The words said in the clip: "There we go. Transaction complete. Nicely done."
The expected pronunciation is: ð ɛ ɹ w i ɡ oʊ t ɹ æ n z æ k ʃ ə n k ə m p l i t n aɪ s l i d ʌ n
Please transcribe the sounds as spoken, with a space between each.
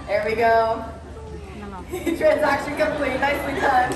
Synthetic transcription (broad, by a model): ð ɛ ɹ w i ɡ oʊ t ɹ æ n z æ k ʃ ə n k ə m p l i t n aɪ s w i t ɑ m